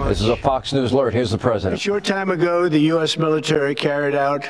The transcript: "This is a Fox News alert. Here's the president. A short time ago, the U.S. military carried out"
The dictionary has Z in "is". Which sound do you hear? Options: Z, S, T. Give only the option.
Z